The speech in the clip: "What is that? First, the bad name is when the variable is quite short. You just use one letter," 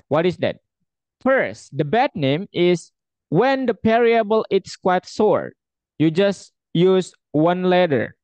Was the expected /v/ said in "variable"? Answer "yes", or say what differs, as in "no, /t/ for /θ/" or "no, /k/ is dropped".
no, /p/ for /v/